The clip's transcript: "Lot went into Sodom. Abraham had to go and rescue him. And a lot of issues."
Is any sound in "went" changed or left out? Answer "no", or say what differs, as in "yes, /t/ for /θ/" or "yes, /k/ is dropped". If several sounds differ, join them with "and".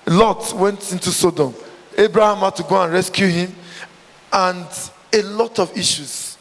no